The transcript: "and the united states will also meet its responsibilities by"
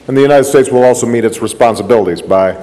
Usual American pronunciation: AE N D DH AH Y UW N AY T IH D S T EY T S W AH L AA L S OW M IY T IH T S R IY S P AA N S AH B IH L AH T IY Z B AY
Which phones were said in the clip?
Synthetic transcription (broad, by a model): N DH AH Y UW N AY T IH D S T EY T S W AH L AA L S OW M IY T IH T S R IY S P AA N S AH B IH L AH T IY Z B AY